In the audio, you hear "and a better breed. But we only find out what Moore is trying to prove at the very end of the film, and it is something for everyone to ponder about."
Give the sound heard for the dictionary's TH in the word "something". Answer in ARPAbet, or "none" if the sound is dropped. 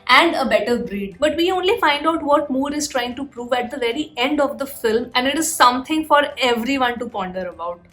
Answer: T